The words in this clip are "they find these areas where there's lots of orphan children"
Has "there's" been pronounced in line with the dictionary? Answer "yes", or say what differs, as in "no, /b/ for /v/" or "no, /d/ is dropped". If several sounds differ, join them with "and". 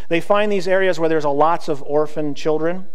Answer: yes